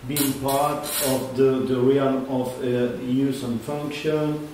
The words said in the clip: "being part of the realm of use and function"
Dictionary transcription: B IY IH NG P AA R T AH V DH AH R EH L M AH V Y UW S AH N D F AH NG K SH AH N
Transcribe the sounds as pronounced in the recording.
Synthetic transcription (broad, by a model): B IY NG P AA R T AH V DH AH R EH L AH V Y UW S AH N F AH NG K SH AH N